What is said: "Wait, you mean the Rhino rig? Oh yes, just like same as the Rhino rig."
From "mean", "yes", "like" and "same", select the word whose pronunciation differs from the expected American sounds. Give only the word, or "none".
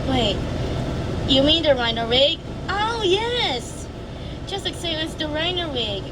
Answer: same